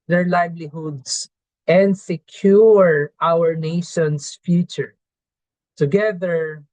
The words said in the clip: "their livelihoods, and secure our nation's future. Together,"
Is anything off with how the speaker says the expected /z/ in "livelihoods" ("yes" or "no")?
yes